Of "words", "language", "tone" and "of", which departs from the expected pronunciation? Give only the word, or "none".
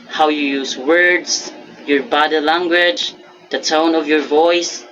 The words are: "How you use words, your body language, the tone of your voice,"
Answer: none